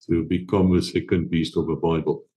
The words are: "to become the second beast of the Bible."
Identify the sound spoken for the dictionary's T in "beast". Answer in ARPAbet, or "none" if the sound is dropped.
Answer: T